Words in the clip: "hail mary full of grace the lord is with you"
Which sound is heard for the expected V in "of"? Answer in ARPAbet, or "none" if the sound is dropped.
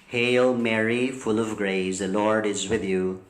V